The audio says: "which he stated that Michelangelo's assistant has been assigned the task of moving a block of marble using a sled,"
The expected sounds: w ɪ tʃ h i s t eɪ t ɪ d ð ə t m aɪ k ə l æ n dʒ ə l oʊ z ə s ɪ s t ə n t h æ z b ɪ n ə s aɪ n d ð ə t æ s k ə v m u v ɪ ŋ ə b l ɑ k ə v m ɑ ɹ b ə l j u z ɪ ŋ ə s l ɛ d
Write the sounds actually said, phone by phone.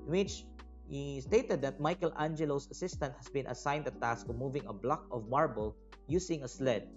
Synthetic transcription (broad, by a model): w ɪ tʃ h i s t eɪ t ɪ d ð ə t m aɪ k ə l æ n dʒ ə l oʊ s ə s ɪ s t ə n t h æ s b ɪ n ə s aɪ n d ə t æ s k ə m u v ɪ ŋ ə b l ɑ k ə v m ɑ ɹ b ə l j u s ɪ ŋ ə s l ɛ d